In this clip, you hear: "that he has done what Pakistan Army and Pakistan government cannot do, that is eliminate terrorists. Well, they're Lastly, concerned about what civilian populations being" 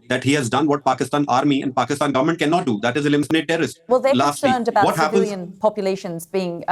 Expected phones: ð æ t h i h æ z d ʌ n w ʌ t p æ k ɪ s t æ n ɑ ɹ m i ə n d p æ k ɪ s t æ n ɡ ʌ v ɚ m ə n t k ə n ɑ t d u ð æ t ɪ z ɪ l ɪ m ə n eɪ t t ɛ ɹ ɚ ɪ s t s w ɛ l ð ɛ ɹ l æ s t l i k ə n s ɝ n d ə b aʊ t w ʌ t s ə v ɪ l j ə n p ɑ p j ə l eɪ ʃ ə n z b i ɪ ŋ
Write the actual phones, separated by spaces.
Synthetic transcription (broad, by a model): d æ t h i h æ z d ʌ n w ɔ t p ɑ k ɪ s t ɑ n ɑ ɹ m i ə n d p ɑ k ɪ s t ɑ n ɡ ʌ v ɚ m ə n t k ə n ɑ t d u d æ t ɪ z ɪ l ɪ m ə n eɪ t t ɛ ɹ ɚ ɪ s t w ɛ l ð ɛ l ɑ s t i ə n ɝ n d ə b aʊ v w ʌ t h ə p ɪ n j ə n p ɑ p j ə l eɪ ʃ ə n z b i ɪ ŋ